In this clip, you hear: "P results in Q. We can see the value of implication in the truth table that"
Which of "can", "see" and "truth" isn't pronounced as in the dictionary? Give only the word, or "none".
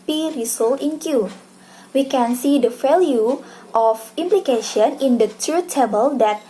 truth